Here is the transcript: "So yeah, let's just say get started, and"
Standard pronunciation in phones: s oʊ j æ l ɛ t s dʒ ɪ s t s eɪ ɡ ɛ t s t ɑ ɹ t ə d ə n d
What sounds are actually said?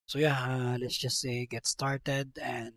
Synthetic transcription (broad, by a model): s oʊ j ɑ l ɛ t s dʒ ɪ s s eɪ ɡ ɛ t s t ɑ ɹ t ə d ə n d